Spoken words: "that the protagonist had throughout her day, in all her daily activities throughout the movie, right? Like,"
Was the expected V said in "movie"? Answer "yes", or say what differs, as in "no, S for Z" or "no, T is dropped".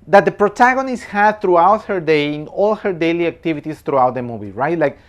no, B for V